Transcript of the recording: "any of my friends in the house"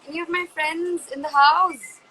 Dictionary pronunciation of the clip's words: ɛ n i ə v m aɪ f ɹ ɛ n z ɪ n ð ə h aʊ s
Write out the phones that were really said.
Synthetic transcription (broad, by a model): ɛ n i ə v m aɪ f ɹ ɛ n z ɪ n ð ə h aʊ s